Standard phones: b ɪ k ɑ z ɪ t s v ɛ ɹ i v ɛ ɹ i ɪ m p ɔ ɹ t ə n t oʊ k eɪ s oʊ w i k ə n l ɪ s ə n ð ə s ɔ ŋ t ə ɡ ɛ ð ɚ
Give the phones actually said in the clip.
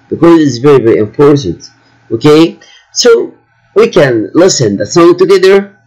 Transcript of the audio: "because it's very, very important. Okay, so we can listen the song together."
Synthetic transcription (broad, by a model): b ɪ k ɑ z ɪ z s v ɛ ɹ i v ɛ ɹ i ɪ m f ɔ ɹ s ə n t oʊ k eɪ s oʊ w i k ə n l ɪ s ə n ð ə s ɔ ŋ t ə ɡ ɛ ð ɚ